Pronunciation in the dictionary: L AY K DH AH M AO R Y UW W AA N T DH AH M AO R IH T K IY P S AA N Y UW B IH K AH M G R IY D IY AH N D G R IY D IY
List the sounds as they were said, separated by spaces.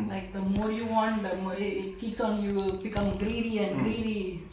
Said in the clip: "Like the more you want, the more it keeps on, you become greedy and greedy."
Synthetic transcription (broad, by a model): L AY K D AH M AO R Y UW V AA N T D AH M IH IH T K IY P S AA N Y UW B IH K AH M G R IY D IY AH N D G R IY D IY